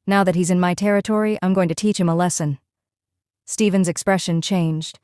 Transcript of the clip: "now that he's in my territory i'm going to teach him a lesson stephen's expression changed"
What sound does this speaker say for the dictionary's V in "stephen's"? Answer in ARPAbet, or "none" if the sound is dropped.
V